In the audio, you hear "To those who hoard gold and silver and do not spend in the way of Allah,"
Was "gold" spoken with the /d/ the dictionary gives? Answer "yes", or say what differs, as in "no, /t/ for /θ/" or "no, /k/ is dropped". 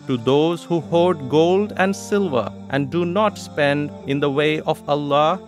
yes